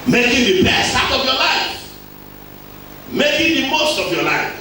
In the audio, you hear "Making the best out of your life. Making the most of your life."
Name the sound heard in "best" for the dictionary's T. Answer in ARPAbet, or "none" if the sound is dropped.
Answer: none